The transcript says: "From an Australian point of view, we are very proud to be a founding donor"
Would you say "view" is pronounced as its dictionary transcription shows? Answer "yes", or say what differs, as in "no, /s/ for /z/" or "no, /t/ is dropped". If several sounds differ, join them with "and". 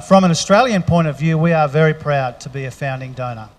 yes